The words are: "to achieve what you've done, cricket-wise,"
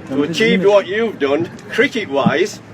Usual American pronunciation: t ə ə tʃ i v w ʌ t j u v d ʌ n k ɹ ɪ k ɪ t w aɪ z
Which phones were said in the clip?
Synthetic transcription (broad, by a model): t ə ə tʃ i v w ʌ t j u v d ʌ n k ɹ ɪ k ɪ t w aɪ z